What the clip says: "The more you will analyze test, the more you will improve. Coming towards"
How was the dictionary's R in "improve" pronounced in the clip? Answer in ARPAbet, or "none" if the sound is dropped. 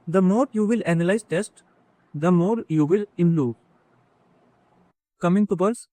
L